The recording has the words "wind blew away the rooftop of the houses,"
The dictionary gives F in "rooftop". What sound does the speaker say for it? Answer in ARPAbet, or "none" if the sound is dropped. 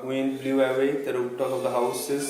P